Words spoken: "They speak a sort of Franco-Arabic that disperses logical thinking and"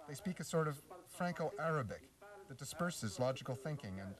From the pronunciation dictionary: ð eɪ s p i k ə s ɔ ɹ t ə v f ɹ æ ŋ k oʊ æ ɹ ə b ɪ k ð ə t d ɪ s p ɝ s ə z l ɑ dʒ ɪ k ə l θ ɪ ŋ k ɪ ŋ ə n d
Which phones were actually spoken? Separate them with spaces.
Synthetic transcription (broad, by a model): ð eɪ s p i k ə s ɔ ɹ t ə v f ɹ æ ŋ k oʊ æ ɹ ə b ɪ k ð ə t d ɪ s p ɝ s ə z l ɑ dʒ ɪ k l θ ɪ ŋ k ɪ ŋ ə n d